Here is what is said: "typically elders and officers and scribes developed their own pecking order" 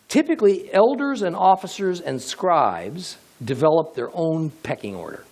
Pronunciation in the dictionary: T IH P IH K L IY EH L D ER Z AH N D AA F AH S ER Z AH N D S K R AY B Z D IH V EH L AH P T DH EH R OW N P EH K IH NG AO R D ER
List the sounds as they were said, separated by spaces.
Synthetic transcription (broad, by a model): T IH P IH K L IY EH L D ER Z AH N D AA F AH S ER Z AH N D S K R AY B Z D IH V EH L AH P DH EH R OW N P EH K IH NG AO R D ER